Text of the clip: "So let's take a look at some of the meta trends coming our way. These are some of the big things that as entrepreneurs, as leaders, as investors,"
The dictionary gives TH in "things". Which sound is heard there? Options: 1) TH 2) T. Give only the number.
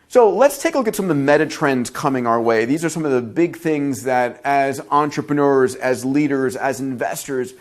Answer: 1